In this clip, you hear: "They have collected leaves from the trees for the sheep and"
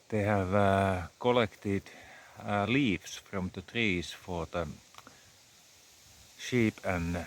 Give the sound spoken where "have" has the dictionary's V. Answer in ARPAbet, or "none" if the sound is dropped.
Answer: V